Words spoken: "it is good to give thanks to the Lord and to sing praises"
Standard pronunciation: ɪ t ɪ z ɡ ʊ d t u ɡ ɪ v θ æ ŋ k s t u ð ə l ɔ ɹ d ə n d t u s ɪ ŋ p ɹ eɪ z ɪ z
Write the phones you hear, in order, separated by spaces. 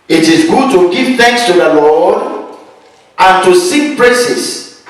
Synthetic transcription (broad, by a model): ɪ t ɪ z ɡ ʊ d t u ɡ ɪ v θ æ ŋ k s t u ð ə l ɔ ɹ d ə n t u s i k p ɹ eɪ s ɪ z